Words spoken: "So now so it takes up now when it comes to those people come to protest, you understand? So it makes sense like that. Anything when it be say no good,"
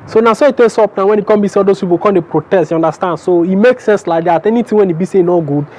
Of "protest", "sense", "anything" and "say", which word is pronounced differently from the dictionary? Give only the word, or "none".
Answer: anything